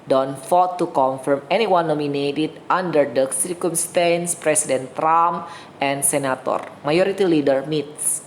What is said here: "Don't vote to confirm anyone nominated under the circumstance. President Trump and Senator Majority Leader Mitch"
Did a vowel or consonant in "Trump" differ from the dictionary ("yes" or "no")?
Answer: yes